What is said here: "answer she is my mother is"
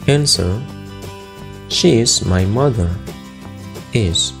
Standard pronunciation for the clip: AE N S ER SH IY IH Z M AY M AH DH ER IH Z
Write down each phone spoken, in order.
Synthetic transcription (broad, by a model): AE N S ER SH IY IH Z M AY M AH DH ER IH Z